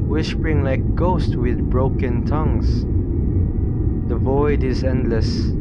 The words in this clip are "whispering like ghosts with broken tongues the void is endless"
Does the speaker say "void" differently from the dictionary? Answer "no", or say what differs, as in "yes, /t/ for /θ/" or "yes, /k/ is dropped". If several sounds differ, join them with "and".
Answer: no